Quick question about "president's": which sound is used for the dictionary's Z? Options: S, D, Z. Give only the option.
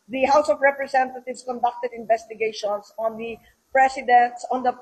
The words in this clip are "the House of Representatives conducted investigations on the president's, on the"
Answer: S